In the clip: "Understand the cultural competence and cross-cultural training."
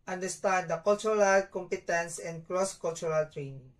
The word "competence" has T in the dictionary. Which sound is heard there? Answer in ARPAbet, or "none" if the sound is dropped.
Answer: T